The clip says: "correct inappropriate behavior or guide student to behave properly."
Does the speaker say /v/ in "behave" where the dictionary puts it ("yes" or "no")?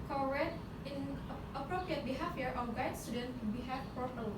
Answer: no